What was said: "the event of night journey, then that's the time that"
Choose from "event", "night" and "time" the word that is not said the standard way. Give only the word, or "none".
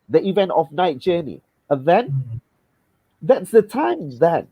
none